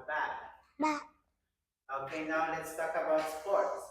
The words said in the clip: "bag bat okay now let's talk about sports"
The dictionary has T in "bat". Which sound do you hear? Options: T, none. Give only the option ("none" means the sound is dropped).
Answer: none